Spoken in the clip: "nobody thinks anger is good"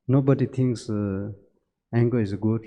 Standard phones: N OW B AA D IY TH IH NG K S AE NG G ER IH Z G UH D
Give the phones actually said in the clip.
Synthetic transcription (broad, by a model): N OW B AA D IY T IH NG K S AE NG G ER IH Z G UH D